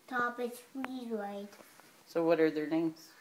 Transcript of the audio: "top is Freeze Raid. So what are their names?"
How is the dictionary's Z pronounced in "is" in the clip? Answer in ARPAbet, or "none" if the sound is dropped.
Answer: S